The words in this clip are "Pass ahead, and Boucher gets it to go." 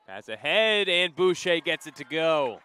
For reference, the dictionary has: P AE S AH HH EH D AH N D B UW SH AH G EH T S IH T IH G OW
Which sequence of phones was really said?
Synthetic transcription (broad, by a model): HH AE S AH HH EH D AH N B UW SH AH G EH T S IH T IH G OW